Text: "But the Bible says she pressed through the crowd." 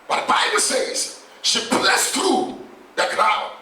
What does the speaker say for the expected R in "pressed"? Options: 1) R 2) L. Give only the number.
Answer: 2